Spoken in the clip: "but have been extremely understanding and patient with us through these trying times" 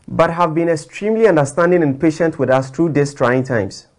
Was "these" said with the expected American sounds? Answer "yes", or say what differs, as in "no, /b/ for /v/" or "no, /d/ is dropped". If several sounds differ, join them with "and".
no, /s/ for /z/